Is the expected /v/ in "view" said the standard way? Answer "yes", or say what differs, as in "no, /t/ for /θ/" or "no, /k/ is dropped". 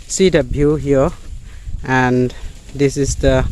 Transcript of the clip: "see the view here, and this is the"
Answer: no, /b/ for /v/